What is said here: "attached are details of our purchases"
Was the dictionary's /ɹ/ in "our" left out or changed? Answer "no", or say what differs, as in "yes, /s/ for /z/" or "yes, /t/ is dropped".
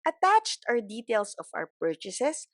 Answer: yes, /w/ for /ɹ/